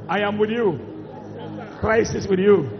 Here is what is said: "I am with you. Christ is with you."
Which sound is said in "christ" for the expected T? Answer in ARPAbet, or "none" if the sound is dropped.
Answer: none